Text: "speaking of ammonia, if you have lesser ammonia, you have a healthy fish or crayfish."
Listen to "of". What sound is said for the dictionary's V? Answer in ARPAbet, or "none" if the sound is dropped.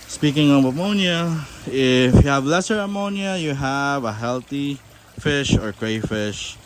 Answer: B